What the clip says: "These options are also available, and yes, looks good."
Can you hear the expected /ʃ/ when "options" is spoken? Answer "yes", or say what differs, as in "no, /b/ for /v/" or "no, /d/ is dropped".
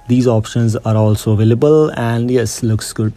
yes